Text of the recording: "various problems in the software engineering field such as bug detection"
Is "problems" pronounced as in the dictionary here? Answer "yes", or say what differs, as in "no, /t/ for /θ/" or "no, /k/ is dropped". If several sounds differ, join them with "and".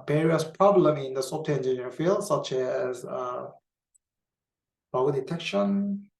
no, /z/ is dropped